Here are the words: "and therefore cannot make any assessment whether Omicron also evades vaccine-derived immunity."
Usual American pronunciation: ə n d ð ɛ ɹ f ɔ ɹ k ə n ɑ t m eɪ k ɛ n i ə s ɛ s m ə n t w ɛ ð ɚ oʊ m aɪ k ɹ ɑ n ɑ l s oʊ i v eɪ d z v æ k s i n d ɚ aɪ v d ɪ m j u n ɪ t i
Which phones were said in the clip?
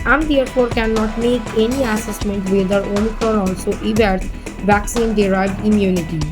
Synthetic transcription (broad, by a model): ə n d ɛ ɹ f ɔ ɹ k ə n ɑ t m eɪ k ɛ n i ə s ɛ s m ə n t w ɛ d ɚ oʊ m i k ɹ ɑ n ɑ l s oʊ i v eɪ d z v æ k s i n d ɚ aɪ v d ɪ m j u n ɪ t i